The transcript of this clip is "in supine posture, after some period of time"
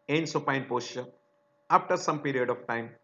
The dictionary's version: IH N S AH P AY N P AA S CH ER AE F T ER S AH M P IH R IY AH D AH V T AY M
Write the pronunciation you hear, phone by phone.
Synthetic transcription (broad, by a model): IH N S AH P AY N P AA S SH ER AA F T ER S AH M P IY R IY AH D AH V T AY M